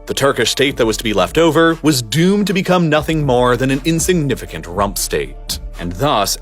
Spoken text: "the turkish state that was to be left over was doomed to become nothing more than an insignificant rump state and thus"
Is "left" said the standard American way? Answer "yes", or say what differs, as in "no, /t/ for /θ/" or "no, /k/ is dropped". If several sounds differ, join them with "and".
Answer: yes